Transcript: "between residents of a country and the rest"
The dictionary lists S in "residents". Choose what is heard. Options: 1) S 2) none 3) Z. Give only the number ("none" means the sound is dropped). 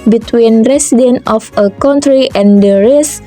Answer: 2